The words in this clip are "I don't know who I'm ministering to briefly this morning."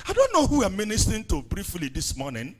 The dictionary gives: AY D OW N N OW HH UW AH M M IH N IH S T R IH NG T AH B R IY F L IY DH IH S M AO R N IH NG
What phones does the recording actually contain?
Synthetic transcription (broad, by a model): AY D OW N N OW HH UW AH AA M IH N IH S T IH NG T AH B R IY F L IY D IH S M AO N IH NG